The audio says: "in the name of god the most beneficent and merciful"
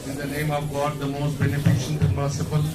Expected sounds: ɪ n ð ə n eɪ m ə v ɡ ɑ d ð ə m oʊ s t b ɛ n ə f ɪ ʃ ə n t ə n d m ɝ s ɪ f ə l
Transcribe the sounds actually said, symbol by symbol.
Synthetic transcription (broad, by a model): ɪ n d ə n eɪ m ə v ɡ ɑ d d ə m oʊ s t b ɛ n ə f ɪ ʃ ə n t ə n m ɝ s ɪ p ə l